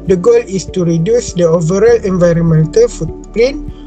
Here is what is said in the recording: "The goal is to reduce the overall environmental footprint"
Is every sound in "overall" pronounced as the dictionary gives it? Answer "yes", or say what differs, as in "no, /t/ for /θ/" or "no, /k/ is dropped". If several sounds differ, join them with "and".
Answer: yes